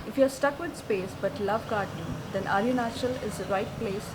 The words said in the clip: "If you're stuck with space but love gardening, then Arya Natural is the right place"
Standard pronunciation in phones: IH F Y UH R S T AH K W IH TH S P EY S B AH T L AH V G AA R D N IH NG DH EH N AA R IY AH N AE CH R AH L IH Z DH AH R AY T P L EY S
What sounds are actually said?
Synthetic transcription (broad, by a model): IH F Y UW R S T AH K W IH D S P EY S B AH T L AH V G AA R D IH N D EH N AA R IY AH N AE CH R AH L IH Z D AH R AY T P L EY S